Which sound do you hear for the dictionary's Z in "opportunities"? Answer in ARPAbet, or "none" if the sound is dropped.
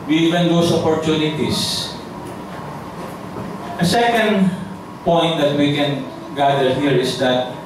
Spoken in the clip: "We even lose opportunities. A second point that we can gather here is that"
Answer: S